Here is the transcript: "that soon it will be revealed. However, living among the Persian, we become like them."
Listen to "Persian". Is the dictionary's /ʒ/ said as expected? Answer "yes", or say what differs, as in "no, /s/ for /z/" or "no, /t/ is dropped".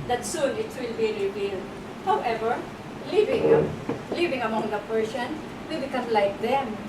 no, /s/ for /ʒ/